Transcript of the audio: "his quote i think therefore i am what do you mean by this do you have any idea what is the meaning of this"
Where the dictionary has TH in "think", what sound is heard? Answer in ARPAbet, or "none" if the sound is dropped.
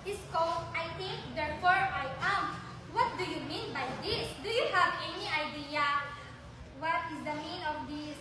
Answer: T